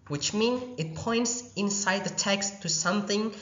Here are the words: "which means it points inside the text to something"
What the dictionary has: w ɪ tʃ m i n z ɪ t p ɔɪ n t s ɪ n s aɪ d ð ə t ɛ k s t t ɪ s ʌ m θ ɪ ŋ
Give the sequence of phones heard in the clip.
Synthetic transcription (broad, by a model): w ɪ tʃ m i n ɪ t p ɔɪ n t s ɪ n s aɪ d ð ə t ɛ k s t t ɪ s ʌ m θ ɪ ŋ